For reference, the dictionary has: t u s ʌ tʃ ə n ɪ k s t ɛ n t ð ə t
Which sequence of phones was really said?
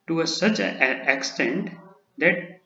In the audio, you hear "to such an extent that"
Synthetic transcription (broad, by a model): t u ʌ s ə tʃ ɪ k s t ɛ n t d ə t